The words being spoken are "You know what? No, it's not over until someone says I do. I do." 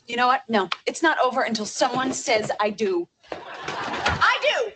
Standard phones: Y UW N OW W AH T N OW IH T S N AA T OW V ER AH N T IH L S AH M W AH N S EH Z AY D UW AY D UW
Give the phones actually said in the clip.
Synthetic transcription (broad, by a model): Y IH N OW W AH T N OW IH T S N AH T OW V ER AH N T IH L S AH M W AH N S EH Z AY D UW AY D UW